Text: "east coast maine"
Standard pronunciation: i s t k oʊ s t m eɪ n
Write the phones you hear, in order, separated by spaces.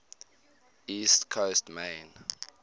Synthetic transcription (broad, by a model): i s t k oʊ s t m eɪ n